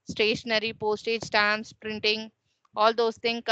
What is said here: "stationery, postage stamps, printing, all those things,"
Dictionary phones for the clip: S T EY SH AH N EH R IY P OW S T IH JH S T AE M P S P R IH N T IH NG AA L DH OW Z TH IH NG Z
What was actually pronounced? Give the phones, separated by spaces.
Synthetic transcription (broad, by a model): S T EY SH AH N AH R IY P OW S T IH JH S T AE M S P R IH N T IH NG AA L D OW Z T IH NG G